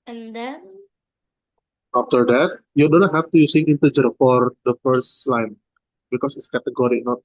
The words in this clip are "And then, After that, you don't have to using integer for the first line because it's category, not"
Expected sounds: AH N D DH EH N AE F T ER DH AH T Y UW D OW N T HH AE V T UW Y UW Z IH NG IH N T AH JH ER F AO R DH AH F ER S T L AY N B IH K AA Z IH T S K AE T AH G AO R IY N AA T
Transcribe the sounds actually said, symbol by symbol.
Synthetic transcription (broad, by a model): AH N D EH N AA F T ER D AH T Y UW D OW N T HH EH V T UW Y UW S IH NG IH N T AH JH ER F AO R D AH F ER S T L AY N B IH K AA S IH T S K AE T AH G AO R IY N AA T